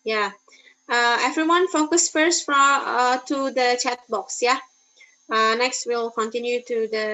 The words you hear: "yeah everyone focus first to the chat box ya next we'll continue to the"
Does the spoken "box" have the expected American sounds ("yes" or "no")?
yes